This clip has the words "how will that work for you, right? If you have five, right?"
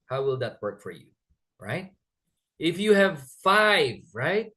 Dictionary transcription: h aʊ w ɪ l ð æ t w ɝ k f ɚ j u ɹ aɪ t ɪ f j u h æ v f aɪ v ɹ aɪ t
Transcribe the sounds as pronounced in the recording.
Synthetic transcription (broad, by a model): h aʊ w ɪ l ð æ t w ɝ k f ɚ j u ɹ aɪ t ɪ f j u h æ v f aɪ v ɹ aɪ t